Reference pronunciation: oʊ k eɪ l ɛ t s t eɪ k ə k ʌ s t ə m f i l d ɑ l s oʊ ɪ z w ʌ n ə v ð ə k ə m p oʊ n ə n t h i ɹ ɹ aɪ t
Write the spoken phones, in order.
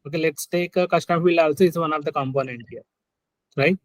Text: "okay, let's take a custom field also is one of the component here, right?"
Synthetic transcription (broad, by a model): oʊ k eɪ l ɛ t s t eɪ k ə k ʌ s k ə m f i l ɑ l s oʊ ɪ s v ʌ n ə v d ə k ə m p oʊ n ə n t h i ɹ ɹ aɪ t